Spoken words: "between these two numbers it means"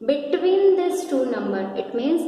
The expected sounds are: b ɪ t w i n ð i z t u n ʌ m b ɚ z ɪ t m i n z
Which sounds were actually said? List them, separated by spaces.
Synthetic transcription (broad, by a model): b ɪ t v i n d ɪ s t u n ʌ m b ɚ ɪ t m i n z